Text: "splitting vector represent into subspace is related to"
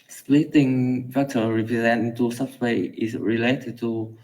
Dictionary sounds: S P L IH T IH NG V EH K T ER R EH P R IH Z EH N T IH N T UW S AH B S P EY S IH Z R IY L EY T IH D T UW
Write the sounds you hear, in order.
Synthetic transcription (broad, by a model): S P L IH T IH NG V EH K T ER R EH P R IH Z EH N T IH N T UW S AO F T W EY IH S R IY L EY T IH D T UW